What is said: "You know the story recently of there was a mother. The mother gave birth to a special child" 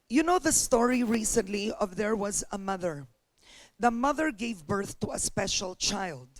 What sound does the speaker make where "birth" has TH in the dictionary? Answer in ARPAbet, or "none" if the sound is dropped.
TH